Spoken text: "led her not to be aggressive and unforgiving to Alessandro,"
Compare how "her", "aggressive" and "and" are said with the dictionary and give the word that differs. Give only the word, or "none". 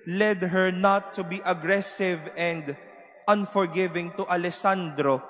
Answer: none